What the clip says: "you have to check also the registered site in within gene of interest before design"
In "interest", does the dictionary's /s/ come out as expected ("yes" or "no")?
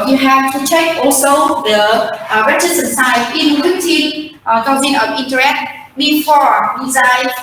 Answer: no